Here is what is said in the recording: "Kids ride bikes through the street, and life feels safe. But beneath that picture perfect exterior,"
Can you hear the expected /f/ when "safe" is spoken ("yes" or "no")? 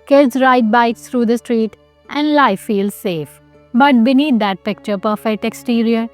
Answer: yes